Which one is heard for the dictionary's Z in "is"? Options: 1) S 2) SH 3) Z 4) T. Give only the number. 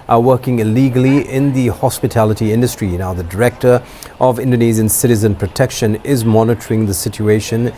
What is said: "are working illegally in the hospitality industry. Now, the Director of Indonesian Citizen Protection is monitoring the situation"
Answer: 3